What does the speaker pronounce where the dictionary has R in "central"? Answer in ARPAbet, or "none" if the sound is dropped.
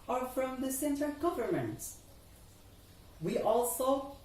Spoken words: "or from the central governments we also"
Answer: none